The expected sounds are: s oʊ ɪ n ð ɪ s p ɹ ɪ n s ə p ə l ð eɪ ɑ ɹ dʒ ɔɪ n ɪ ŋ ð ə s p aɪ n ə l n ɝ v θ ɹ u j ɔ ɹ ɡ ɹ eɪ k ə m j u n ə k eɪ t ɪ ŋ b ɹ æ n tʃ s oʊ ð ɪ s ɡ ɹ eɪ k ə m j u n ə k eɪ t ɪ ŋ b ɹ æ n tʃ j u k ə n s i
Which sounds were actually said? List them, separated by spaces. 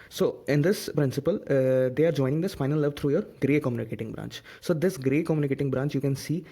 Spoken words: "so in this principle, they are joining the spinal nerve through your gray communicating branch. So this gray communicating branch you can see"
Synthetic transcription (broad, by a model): s oʊ ɪ n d ɪ s p ɹ ɪ n s ə p ə l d eɪ ɑ ɹ dʒ ɔɪ n ɪ ŋ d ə s f aɪ n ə l l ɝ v t ɹ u j ɔ ɹ ɡ ɹ eɪ k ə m j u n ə k eɪ t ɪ ŋ b ɹ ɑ n tʃ s oʊ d ɪ s ɡ ɹ eɪ k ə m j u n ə k eɪ t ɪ ŋ b ɹ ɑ n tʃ j u k ə n s i